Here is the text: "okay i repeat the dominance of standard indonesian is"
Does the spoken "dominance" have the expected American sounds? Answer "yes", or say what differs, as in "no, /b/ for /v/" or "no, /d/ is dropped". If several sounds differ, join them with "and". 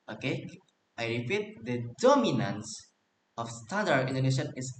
yes